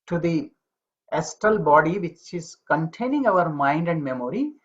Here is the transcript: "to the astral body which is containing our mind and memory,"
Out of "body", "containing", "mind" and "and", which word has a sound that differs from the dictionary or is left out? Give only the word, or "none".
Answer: none